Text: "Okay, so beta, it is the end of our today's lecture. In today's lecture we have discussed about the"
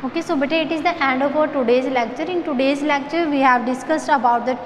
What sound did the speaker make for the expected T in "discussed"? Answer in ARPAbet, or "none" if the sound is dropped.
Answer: T